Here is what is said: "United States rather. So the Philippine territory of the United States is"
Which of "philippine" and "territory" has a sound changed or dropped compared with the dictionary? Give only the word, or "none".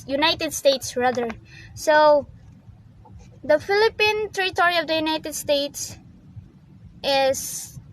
none